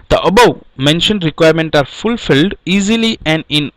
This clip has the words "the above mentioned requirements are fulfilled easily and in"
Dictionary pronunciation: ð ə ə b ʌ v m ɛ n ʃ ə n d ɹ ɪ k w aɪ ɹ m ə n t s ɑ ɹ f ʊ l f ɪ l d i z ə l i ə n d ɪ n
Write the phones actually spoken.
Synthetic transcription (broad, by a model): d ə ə b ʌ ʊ m ɛ n ʃ ə n d ɹ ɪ k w aɪ ɹ m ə n t ɑ ɹ f ʊ l f ɪ l d i z ə l i ə n d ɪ n